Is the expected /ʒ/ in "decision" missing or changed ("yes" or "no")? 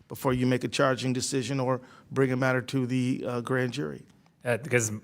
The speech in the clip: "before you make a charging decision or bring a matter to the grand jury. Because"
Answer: no